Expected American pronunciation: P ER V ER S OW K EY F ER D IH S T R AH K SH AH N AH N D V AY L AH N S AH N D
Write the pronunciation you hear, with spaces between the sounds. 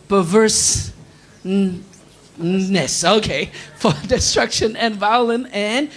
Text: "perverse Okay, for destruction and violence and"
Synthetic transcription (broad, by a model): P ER V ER S OW K EY F ER D IH S T R AH K SH AH N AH N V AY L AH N AH N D